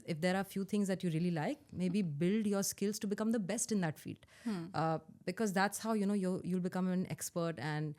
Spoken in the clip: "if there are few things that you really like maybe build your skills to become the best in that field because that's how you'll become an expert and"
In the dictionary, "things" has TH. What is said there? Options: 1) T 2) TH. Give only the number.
1